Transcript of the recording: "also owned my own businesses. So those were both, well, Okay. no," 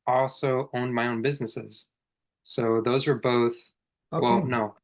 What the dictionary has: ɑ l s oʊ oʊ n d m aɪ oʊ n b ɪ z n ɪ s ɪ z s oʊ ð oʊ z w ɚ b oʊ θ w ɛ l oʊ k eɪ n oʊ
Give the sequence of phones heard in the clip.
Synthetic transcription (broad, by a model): ɑ l s oʊ oʊ n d m aɪ oʊ n b ɪ z n ɪ s ɪ z s oʊ ð oʊ z w ɚ b oʊ θ w ɛ l n oʊ